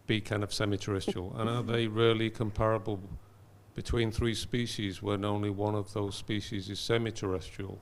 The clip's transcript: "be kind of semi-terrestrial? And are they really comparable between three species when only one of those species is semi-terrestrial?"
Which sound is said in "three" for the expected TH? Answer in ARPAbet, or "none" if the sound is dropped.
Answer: TH